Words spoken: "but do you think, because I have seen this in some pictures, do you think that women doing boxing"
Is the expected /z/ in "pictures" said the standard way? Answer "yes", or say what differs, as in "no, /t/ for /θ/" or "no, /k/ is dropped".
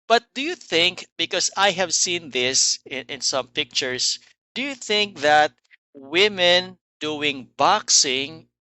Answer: no, /s/ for /z/